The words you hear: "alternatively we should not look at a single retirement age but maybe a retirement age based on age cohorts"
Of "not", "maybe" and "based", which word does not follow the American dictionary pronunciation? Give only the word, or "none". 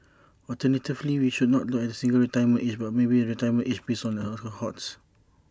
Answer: based